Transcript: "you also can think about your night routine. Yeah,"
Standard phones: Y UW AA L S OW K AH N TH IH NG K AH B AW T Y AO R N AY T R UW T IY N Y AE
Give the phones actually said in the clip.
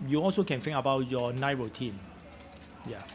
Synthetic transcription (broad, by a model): Y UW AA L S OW K AH N F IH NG AH B AW T Y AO N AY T R UW T IY N Y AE